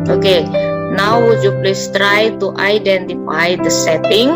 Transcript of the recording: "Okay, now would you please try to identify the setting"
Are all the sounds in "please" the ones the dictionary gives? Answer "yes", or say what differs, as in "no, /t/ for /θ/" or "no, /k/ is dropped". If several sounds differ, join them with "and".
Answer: no, /s/ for /z/